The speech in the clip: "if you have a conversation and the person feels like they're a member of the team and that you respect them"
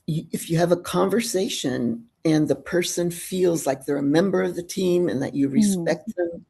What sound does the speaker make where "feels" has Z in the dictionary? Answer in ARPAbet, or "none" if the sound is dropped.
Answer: Z